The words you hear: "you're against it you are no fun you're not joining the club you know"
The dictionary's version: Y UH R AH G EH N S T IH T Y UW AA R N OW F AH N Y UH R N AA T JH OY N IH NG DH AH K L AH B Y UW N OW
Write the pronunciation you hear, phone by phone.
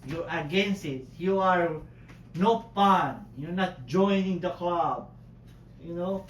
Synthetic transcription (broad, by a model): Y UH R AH G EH N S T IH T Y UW AA R N OW P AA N Y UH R N AA T JH OY N IH NG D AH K L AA B Y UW N OW